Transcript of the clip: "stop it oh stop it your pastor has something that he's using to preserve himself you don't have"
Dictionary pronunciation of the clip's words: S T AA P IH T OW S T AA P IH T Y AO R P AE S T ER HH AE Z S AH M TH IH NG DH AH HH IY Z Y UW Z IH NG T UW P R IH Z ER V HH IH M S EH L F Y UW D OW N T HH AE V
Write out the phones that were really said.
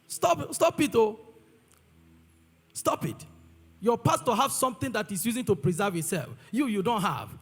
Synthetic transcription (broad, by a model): S T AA P IH T OW S T AA P IH T Y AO P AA S T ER HH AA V S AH M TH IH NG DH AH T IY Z Y UW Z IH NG T UW P R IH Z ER V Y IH S EH L F Y UW D OW N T HH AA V